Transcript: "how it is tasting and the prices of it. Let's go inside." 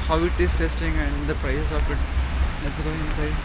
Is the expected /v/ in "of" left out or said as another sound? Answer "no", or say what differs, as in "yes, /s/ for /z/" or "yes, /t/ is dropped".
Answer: yes, /p/ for /v/